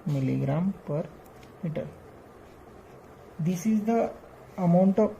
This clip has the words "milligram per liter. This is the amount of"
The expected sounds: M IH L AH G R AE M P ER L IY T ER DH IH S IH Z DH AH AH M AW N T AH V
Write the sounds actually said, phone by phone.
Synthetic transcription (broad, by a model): M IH L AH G R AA M P ER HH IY T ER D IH S IH Z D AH AH M AW N T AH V